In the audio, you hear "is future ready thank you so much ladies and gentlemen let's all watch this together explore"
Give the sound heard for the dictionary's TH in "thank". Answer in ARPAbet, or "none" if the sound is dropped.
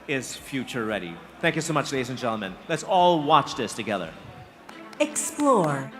TH